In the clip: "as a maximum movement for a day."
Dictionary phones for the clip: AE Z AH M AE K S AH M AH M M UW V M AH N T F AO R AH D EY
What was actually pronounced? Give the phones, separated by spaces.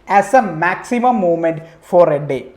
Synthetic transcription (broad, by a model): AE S AH M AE K S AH M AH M M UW M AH N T F AO R AH D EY